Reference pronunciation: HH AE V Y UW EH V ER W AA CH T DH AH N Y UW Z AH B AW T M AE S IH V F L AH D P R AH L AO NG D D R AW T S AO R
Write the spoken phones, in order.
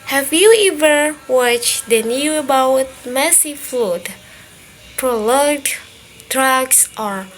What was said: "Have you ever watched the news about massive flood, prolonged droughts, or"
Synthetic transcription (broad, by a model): HH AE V Y UW EH V ER W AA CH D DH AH N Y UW AH B AW T M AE S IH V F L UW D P R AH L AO D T R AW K S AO R